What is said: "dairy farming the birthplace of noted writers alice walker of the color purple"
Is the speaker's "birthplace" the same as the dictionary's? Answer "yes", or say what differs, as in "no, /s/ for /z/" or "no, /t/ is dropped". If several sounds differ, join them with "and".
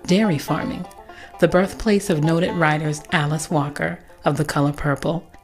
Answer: yes